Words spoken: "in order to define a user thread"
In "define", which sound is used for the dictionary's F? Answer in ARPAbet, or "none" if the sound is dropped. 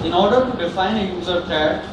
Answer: F